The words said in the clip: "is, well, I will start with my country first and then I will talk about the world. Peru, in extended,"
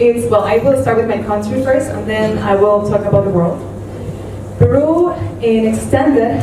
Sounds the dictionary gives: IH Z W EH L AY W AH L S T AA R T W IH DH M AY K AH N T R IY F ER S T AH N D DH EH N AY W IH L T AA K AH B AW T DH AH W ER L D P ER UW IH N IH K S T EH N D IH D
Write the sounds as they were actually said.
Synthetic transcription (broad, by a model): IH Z W EH L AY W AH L S T AA R T W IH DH M AY K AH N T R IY F ER S T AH N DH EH N AY W IH L T AA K AH B AW T DH AH W ER L D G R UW IH N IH K S T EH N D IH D